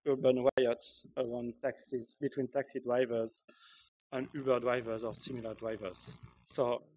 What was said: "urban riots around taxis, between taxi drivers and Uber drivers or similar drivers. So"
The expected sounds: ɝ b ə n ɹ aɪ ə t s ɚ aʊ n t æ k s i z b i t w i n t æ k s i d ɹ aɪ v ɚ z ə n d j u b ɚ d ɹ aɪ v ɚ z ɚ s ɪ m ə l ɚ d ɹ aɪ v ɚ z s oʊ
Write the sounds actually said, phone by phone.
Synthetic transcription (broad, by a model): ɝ b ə n w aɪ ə t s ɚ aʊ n t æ k s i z b i t w i n t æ k s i d ɹ aɪ v ɚ z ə n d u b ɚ d ɹ aɪ v ɚ z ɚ s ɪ m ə l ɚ d ɹ aɪ v ɚ z s oʊ